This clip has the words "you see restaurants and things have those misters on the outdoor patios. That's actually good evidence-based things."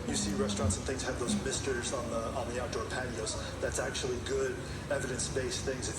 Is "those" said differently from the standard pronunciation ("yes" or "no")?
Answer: no